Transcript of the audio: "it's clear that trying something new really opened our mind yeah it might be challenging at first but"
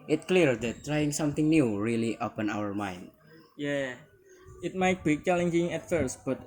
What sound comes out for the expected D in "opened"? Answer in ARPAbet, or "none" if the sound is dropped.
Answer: none